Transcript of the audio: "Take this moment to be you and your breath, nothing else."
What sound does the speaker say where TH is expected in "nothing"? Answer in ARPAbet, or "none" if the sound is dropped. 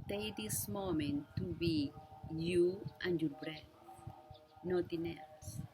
T